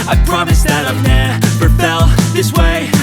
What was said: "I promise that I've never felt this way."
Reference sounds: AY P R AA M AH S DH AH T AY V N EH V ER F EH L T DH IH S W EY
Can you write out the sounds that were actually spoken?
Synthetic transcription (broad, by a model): AY P R AA M AH S DH AH T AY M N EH P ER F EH L DH IH S W EY